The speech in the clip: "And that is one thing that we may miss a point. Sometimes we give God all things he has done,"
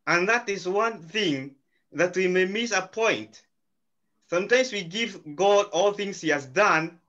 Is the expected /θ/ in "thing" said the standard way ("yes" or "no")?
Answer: yes